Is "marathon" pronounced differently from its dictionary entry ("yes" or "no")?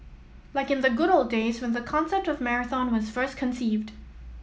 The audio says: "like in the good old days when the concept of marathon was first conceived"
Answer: no